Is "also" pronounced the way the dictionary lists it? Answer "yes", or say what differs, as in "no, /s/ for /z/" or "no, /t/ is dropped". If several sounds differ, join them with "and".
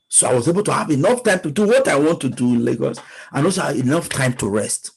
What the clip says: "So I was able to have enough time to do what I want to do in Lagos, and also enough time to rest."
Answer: no, /l/ is dropped